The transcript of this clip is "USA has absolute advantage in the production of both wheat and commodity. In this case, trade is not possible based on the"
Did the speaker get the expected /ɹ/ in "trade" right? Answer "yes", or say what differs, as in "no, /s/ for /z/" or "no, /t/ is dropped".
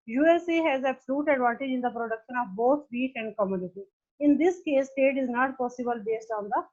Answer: no, /ɹ/ is dropped